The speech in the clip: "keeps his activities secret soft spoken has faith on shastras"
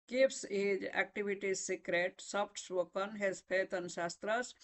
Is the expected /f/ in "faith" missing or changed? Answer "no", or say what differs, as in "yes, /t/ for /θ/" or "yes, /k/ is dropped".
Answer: yes, /p/ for /f/